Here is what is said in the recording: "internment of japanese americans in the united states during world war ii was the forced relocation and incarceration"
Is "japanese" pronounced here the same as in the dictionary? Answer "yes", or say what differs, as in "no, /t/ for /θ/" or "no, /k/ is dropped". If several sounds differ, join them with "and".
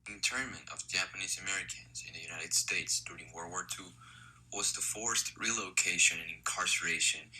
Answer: yes